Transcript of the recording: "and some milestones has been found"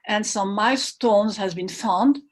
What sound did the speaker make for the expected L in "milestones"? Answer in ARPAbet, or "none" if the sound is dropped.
none